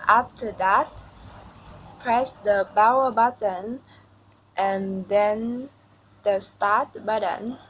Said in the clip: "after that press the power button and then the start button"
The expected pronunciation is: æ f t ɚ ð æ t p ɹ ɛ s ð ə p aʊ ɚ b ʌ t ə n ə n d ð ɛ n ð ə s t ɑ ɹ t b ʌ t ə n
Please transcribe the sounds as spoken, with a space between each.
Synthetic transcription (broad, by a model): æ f t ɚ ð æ t p ɹ ɛ s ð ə b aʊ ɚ b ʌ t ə n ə n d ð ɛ n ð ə s t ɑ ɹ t b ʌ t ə n